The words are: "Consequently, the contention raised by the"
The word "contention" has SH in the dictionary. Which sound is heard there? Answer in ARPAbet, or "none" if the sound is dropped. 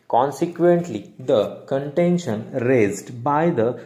SH